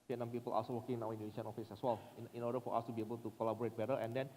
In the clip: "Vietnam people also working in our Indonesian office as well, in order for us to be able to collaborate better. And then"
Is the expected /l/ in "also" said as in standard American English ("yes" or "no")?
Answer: no